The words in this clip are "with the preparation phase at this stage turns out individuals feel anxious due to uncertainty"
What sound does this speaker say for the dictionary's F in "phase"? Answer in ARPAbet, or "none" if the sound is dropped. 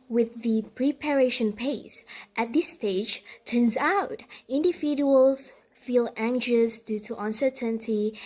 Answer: P